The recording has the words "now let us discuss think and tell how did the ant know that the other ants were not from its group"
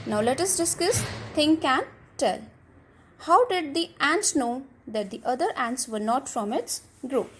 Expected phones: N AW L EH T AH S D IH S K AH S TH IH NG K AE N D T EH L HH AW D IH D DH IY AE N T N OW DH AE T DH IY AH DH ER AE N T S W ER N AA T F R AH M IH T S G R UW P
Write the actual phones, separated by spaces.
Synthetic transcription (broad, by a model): N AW L EH T AH S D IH S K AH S T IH NG K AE N T EH L HH AW D IH D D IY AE N T N OW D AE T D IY AH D ER AE N T S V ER N AA T F R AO M IH T S G R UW P